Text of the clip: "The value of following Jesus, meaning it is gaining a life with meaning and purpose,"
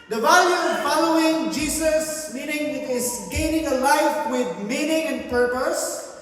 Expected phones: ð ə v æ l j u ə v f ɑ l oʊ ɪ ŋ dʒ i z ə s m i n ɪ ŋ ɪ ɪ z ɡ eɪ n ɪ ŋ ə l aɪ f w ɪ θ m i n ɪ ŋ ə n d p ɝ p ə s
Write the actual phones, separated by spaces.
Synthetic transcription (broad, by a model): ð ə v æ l j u ə v f ɑ l oʊ ɪ ŋ dʒ i s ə s m i n ɪ ŋ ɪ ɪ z ɡ eɪ n ɪ ŋ ə l aɪ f w ɪ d m i n ɪ ŋ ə n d p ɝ p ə s